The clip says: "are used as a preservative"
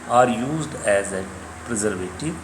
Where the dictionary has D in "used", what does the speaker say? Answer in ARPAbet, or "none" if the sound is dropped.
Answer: D